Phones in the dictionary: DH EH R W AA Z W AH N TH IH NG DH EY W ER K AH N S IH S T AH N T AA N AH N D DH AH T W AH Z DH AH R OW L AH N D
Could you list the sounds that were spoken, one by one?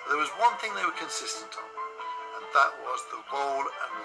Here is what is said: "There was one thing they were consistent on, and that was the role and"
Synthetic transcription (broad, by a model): DH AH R W AA Z W AH N TH IH NG DH EY W ER K AH N S IH S T AH N T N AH N DH AH T W AH Z DH AH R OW L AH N